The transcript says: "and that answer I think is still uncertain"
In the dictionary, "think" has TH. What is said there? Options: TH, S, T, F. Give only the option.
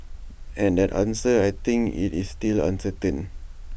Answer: T